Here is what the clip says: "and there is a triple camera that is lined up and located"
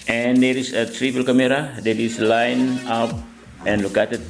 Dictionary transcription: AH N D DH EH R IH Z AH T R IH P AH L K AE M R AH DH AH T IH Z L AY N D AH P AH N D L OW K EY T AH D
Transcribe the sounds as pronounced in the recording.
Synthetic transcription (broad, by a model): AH N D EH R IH S AH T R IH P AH L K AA M R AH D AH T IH S L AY N AH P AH N L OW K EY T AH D